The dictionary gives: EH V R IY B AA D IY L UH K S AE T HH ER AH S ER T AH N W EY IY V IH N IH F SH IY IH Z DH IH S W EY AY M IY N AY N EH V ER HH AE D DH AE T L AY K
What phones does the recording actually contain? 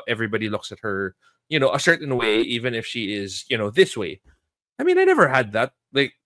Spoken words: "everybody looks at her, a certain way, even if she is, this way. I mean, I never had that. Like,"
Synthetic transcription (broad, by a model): EH V R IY B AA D IY L UH K S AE T HH ER AH S ER T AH N W EY IY V IH N IH F SH IY IH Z DH IH S W EY AY M IY N AY N EH V ER HH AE D DH AE T L AY K